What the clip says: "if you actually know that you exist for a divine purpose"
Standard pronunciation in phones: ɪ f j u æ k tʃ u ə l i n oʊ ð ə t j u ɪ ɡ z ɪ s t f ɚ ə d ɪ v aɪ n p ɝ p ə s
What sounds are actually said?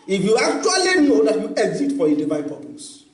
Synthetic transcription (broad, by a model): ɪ f j u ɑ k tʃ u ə l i n oʊ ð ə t j u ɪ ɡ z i t f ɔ ə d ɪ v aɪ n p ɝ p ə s